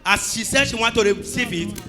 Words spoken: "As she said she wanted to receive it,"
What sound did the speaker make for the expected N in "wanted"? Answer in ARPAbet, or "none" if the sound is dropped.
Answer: none